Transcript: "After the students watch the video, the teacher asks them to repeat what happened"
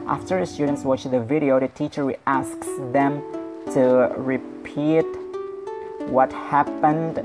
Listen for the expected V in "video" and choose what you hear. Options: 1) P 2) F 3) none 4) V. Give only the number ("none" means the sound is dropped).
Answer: 4